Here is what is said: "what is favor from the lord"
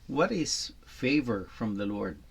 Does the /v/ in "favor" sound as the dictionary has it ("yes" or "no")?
yes